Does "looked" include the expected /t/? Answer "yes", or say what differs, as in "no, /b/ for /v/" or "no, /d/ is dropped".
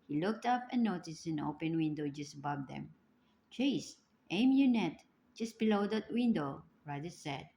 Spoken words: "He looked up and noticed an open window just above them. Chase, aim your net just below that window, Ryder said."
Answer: yes